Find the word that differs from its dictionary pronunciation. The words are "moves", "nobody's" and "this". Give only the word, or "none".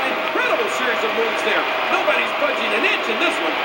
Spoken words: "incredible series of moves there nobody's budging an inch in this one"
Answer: moves